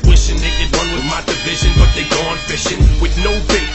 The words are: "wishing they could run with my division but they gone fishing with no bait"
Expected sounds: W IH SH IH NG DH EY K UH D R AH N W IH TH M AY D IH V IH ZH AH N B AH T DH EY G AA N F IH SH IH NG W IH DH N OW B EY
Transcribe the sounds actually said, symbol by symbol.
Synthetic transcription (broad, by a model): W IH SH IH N DH EY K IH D W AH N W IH M AY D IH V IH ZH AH N B AH T DH EY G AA N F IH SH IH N W IH DH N OW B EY